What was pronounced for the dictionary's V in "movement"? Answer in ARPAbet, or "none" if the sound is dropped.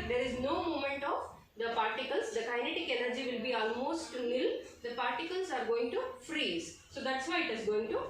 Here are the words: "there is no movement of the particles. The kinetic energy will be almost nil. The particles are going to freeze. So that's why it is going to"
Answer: none